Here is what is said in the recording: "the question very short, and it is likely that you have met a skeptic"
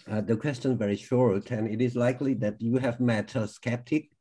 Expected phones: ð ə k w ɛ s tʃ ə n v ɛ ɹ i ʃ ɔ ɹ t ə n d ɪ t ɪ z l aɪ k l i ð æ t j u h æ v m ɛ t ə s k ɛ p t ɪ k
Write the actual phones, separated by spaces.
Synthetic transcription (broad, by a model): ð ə k w ɛ s tʃ ə n v ɛ ɹ i ʃ ɔ ɹ t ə n ɪ t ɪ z l aɪ k l i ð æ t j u h æ v m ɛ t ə s k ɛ p t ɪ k